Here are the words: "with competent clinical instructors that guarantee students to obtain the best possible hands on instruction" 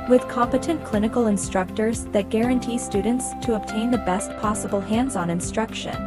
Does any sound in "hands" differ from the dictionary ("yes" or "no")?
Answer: no